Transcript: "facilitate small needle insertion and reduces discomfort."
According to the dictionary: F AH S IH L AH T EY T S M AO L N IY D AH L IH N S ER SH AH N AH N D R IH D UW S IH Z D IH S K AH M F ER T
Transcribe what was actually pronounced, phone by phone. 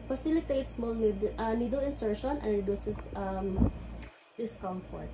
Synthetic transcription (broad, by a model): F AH S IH L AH T EY T S M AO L N IY D AH L IH N S ER SH AH N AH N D R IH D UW S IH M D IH S K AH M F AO T